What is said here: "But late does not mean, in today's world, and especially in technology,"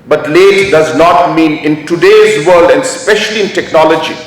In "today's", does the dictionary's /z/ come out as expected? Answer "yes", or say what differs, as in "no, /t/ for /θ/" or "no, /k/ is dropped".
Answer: yes